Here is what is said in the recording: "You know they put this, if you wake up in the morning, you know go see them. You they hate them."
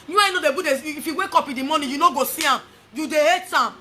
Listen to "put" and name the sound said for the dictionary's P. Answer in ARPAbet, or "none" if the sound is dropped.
B